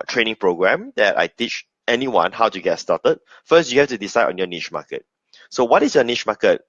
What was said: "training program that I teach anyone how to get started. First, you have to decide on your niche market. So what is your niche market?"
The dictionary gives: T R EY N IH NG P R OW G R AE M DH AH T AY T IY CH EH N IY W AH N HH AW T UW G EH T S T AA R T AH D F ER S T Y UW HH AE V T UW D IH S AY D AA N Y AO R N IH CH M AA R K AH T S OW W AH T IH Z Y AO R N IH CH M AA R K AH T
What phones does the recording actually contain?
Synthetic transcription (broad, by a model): T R EY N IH NG P R OW G R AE M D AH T AY T IY CH EH N IY W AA N HH AW T UW G EH T S T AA T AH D F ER S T Y UW HH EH F T UW D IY S AY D AA N Y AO N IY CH M AA K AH T S OW W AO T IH S Y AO N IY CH M AA K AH T